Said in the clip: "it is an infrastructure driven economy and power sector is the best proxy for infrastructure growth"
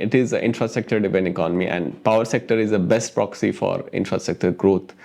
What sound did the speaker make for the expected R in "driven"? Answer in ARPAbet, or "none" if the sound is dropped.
none